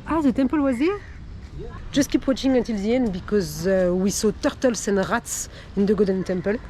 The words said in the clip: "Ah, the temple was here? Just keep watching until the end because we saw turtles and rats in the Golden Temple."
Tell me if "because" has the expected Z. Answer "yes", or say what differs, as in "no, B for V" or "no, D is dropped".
yes